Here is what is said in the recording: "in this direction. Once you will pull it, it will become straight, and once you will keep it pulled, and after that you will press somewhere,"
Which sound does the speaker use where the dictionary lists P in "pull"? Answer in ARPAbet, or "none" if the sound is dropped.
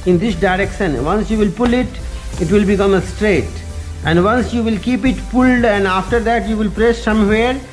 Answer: P